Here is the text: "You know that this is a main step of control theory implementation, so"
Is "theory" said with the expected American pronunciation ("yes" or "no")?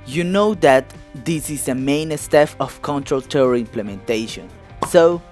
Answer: no